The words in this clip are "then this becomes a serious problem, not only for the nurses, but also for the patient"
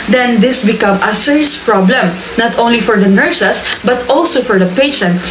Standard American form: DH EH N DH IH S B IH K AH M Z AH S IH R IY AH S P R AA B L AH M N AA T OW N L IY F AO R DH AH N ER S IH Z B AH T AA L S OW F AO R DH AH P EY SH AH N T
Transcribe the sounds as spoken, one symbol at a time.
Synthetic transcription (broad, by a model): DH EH N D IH S B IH K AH M AH S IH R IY S P R AA B L AH M N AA T OW N L IY F AO R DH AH N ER S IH S B AH T AA L S OW F AO R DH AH P EY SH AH N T